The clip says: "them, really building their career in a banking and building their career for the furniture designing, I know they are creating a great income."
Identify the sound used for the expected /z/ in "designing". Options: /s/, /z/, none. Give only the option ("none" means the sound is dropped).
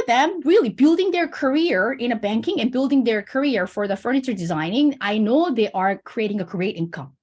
/z/